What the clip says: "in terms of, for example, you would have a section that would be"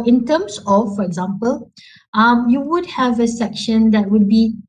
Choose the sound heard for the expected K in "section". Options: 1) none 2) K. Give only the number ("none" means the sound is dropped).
2